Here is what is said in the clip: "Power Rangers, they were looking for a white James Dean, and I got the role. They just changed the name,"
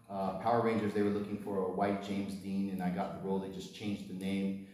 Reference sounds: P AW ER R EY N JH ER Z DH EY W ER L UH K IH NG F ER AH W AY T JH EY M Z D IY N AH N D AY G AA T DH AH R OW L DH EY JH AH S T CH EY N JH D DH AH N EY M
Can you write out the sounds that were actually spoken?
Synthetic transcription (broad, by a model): P AW ER R EY N JH ER Z DH EY W ER L UH K IH NG F ER AH W AY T JH EY M Z D IY N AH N AY G AA T DH AH R OW L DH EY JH AH S CH EY N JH DH AH N EY M